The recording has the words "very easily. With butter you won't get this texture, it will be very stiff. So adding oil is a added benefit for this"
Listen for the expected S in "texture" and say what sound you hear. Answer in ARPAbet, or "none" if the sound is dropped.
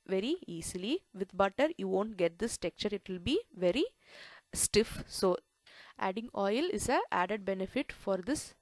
none